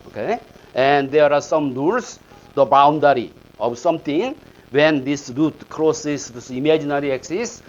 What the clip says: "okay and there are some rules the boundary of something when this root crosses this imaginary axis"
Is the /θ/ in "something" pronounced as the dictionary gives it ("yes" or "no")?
no